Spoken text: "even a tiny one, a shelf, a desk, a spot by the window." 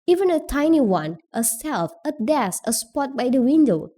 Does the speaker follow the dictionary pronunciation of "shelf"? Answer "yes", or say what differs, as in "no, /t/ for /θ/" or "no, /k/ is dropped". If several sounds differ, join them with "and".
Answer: no, /s/ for /ʃ/